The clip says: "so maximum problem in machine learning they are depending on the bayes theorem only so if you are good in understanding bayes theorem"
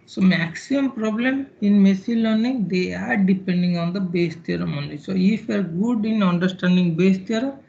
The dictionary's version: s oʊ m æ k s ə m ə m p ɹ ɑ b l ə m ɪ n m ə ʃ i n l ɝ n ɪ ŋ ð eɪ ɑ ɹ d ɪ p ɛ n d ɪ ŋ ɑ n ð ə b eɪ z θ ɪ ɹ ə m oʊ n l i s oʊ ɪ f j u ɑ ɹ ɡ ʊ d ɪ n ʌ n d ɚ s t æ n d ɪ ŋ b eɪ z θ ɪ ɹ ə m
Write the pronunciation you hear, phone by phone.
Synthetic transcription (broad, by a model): s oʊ m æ k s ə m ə m p ɹ ɑ b l ə m ɪ n m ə s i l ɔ n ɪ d eɪ ɑ ɹ d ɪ p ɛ n d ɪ ŋ ɑ n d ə b eɪ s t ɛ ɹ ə m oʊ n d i s oʊ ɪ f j ɑ ɹ ɡ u d ɪ n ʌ n d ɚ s t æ n d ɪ ŋ b eɪ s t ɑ ɹ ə